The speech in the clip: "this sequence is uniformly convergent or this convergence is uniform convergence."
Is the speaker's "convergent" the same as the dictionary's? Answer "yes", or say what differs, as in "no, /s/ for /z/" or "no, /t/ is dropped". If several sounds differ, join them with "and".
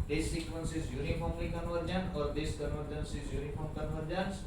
no, /t/ is dropped